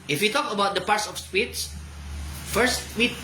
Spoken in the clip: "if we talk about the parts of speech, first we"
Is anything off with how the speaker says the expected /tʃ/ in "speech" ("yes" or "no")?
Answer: yes